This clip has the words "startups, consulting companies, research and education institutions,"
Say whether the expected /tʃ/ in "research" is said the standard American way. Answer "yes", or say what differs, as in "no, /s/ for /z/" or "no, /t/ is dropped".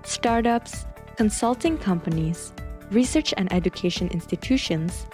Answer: yes